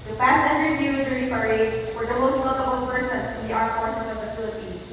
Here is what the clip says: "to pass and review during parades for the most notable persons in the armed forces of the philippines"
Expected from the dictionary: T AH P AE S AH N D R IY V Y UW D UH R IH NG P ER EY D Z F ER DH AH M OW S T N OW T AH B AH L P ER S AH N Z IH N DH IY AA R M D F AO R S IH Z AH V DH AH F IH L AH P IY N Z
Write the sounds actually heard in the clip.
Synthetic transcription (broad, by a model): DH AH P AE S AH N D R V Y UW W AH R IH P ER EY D F ER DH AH M OW S T L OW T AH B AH L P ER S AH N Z IH N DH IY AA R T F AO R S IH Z AH V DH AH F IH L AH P IY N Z